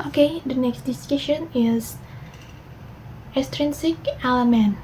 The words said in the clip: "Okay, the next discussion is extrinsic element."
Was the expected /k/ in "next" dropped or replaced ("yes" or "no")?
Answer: no